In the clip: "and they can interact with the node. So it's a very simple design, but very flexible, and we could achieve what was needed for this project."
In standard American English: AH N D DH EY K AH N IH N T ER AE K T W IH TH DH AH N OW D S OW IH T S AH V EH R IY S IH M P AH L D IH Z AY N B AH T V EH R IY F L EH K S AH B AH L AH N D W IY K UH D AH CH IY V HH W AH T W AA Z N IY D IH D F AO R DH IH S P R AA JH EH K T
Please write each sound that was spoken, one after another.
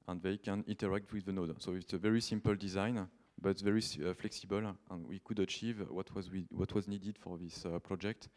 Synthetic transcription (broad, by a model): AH N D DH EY K AH N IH N T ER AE K T W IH DH AH N OW D S OW IH T S AH V EH R IY S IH M P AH L D IH Z AY N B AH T V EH R IY F L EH K S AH B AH L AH N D W IY K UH D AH CH IY V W W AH T W AA Z N IY D IH D F AO R DH IH S P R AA JH EH K T